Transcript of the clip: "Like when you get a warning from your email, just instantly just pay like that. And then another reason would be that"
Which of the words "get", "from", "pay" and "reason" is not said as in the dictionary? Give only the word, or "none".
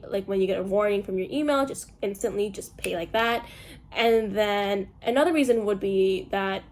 none